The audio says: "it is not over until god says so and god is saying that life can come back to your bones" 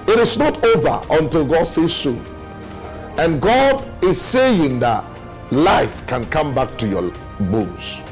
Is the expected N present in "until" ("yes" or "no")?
yes